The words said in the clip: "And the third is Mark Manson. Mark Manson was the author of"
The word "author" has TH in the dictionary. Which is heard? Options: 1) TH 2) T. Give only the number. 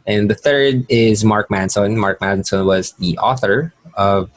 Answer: 1